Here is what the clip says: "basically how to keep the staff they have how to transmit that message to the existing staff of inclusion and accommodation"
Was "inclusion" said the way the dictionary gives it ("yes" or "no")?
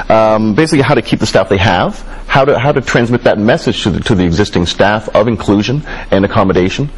yes